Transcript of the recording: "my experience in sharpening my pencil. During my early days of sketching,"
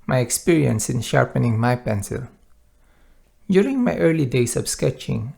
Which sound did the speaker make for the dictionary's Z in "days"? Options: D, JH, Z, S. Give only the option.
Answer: S